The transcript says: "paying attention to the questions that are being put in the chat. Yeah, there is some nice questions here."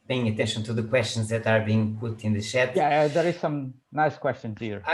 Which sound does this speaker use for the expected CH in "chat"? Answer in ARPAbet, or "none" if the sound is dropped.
SH